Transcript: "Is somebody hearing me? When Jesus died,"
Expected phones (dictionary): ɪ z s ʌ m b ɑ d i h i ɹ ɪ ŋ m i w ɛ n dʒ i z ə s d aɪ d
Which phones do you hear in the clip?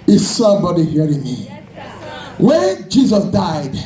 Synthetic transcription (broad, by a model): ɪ s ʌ b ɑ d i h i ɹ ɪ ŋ m i w ɛ n dʒ i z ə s d aɪ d